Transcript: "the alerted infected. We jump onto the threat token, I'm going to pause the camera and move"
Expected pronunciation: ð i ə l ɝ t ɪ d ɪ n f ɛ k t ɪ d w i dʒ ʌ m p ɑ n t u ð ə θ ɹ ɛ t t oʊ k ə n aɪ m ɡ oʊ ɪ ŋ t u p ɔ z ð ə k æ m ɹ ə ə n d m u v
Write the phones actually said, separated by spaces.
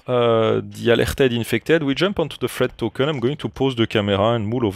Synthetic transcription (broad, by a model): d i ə l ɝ t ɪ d ɪ n f ɛ k t ɪ d w i dʒ ʌ m p ɑ n t u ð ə f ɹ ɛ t t oʊ k ə n aɪ m ɡ oʊ ɪ ŋ t u p ɔ z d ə k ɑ m ɹ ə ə n m u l